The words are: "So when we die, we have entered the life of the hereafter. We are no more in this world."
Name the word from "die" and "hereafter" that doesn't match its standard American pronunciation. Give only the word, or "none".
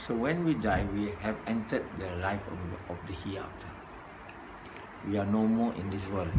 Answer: hereafter